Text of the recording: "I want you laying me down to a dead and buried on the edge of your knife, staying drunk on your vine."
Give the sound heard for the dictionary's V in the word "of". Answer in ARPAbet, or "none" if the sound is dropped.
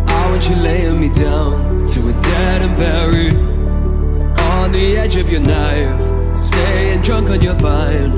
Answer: V